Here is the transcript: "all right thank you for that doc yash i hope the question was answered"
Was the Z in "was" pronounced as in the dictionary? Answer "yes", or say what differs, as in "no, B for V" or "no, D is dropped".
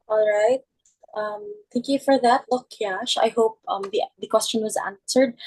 yes